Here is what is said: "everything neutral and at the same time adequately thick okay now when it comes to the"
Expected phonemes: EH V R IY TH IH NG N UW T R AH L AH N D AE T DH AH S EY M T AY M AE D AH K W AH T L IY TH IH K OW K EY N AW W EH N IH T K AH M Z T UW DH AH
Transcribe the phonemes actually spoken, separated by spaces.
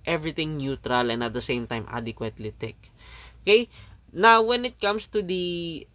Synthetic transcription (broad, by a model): EH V R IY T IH NG N UW T R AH L AH N D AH T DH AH S EY M T AY M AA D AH K W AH T L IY T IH K OW K EY N AW W EH N IH T K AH M S T UW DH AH